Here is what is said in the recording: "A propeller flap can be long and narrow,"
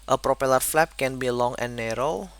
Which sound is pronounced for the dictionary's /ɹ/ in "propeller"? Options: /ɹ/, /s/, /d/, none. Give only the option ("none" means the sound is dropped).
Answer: /ɹ/